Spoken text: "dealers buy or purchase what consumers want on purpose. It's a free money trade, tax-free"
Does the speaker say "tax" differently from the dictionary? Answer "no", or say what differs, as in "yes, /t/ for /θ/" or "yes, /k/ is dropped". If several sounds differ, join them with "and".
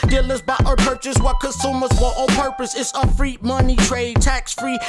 no